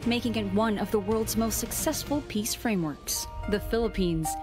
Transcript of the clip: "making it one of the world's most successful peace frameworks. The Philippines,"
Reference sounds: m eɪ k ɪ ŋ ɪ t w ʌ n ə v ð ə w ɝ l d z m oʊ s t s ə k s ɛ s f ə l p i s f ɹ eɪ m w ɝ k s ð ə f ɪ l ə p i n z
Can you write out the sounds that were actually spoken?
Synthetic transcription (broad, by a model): m eɪ k ɪ ŋ ɪ t w ʌ n ə v ð ə w ɝ l d z m oʊ s t s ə k s ɛ s f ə l p i s f ɹ eɪ m w ɝ k s ð ə f ɪ l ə p i n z